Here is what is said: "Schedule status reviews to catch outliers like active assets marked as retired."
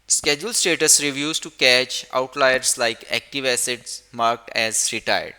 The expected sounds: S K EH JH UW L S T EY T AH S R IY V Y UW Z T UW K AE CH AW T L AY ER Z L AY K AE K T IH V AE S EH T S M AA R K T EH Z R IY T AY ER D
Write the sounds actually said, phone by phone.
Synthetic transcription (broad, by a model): S K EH JH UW L S T EY T AH S R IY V Y UW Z T UW K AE CH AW T L AY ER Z L AY K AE K T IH V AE S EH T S M AA R K T EH Z R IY T AY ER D